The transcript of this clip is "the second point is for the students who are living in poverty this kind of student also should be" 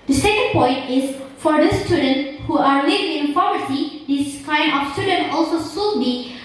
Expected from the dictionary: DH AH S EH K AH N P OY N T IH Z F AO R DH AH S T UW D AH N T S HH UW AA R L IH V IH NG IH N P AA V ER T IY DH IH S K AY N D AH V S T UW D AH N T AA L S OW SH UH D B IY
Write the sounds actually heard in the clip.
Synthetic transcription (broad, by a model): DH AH S EH K AH N P OY N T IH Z F AO R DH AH S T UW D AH N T HH UW AA R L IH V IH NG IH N F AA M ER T IY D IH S K AY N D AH F S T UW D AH N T AA L S OW S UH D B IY